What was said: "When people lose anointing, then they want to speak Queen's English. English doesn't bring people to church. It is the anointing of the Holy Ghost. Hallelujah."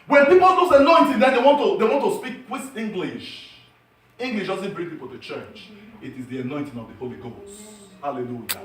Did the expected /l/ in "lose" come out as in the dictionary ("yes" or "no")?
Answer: no